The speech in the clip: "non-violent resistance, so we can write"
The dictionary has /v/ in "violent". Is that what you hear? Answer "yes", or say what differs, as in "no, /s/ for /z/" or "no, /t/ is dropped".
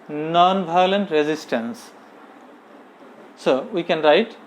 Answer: no, /b/ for /v/